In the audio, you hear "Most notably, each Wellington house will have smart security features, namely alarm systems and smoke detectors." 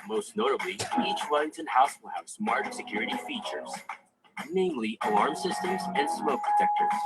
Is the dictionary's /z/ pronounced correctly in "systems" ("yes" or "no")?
yes